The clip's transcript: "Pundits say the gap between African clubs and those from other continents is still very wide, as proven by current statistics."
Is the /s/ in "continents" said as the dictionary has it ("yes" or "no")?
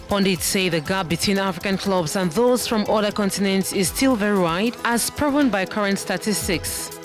yes